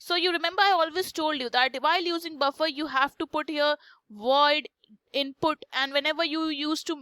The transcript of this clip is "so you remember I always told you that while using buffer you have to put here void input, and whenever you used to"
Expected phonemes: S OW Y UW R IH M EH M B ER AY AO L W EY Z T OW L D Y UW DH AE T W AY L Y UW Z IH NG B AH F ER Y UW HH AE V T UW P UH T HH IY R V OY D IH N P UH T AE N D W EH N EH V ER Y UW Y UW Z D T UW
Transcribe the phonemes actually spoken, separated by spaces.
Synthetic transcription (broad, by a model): S OW Y UW R IH M EH M B ER AY AO L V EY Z T OW L D Y UW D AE T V AY L Y UW Z IH NG B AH F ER Y UW HH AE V T UW P UH T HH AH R V OY D IH N P UH T AE N D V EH N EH V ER Y UW Y UW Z T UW